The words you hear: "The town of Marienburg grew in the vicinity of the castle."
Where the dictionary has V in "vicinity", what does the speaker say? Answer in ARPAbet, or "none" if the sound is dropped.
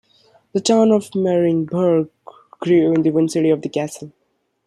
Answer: W